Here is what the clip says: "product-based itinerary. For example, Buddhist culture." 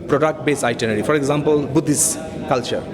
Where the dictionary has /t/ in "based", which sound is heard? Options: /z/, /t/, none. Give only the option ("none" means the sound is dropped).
none